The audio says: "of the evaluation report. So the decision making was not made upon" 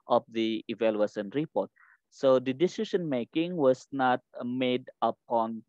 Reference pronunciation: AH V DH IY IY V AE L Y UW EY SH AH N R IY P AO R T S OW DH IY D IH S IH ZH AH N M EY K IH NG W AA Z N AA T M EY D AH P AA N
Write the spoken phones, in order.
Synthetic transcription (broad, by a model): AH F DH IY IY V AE L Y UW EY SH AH N R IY P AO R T S OW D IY D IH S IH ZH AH N M EY K IH NG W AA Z N AA T M EY D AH P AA N